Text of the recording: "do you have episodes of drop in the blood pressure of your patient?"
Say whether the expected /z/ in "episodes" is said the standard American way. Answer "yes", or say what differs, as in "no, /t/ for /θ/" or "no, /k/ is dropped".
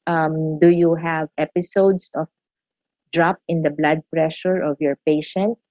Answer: no, /s/ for /z/